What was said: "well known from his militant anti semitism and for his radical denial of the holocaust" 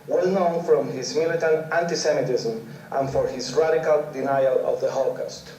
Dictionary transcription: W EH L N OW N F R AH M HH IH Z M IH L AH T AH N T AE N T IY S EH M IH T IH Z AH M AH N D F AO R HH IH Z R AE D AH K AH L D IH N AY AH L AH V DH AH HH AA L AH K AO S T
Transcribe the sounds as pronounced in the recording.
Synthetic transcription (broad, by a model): W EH L N OW N F R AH M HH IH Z M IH L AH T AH N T AE N T IY S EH M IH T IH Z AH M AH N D F AO R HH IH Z R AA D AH K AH L D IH N AY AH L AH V DH AH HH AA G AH S T